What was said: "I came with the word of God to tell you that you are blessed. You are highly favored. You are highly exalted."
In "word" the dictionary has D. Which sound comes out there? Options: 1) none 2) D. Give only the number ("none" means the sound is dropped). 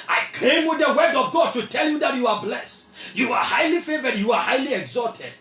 2